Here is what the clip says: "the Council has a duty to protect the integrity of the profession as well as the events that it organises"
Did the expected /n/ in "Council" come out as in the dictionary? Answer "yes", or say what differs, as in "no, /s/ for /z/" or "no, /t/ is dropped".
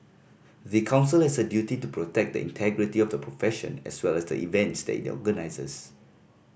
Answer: yes